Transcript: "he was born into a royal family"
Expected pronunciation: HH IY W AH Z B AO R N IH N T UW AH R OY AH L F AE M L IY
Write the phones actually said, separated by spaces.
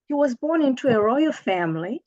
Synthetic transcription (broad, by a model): HH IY W AH Z B AO R N IH N T UW AH R OY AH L F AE M L IY